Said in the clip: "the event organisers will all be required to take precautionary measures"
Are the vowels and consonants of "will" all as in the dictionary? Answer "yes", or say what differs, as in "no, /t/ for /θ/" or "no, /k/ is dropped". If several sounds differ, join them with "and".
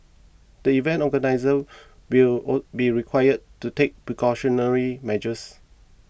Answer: no, /w/ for /l/